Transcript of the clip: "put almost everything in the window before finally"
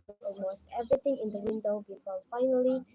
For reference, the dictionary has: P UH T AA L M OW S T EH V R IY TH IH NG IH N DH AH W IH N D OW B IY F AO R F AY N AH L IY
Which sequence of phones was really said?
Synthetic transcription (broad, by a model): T AA L M OW S T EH V R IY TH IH NG IH N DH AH W IH N D OW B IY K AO L F AY N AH L IY